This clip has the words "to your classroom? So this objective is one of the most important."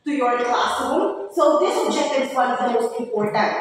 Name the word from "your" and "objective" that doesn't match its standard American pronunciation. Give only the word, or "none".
objective